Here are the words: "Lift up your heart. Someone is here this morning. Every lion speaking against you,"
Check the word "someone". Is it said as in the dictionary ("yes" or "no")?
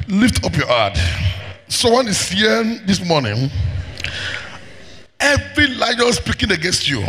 no